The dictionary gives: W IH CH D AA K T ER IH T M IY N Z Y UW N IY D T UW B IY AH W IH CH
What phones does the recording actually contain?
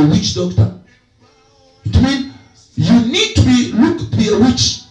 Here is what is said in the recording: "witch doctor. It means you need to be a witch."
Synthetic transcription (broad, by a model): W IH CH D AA K T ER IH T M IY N Y UW N IY D T UW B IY AH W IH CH